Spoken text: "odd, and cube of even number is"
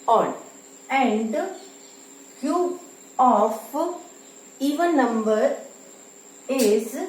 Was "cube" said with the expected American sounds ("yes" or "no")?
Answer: no